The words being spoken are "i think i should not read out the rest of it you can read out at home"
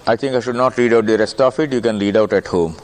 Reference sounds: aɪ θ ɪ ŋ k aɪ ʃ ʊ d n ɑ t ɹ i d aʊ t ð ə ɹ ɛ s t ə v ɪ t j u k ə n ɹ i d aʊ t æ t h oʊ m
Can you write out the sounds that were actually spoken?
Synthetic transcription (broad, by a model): aɪ t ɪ ŋ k aɪ ʃ ʊ d n ɑ t ɹ i d aʊ t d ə ɹ ɛ s t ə f ɪ t j u k ə n ɹ i d aʊ t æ t h oʊ m